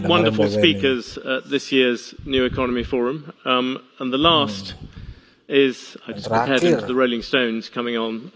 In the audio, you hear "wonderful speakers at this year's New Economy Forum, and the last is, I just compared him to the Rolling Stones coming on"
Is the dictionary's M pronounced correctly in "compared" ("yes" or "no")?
no